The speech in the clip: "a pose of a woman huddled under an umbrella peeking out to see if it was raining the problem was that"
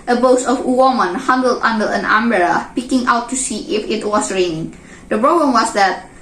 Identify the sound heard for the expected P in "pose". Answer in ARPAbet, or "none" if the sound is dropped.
B